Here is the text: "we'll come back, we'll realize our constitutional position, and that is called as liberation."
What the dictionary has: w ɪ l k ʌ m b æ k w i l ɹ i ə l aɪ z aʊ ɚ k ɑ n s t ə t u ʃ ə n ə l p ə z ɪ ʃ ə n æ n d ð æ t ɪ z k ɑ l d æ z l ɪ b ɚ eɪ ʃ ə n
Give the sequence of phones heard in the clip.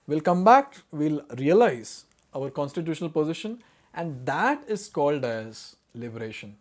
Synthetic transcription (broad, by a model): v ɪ l k ʌ m b æ k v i l ɹ i ə l aɪ z aʊ ɚ k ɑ n s t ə t u ʃ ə n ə l p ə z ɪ ʃ ə n æ n d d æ t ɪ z k ɑ l d æ z l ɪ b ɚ eɪ ʃ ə n